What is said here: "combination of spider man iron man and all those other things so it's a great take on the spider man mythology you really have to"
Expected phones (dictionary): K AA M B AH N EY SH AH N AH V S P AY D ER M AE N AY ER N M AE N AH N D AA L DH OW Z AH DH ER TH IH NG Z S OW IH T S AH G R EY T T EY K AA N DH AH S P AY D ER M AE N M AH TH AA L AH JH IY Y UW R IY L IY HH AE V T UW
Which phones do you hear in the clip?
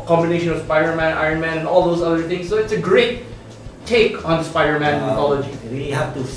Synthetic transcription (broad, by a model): K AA M B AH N EY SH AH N AH V S P AY D ER M AE N AY ER N M AE N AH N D AA L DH OW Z AH DH ER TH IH NG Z S OW IH T S AH G R EY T T EY K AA N S P AY D ER M AE N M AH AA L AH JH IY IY IY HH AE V T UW